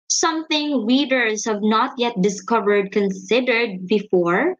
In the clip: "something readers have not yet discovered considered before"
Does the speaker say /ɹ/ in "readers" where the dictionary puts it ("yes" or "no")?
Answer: no